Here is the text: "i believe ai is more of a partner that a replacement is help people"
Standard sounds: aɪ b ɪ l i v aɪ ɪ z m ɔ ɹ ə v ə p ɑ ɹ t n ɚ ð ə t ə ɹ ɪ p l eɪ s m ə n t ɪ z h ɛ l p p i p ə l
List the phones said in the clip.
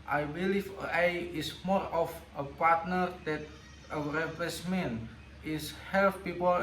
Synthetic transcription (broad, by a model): aɪ b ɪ l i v aɪ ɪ s m ɔ ɹ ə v ə p ɑ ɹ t n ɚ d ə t ə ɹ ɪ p eɪ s m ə n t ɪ s h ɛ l f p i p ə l